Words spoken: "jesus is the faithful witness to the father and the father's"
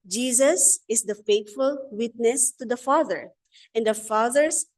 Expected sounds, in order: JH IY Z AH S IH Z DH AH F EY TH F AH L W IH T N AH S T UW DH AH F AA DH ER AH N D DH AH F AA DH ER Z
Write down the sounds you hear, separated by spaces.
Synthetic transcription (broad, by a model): JH IY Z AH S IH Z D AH F EY T F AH L W IH T N AH S T UW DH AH F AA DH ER AH N D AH F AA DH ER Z